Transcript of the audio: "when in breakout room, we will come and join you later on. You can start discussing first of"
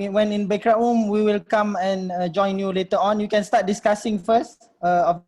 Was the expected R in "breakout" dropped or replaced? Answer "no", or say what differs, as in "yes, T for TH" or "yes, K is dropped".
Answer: yes, R is dropped